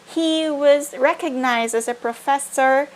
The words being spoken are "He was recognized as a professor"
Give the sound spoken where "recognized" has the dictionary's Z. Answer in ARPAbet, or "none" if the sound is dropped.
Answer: Z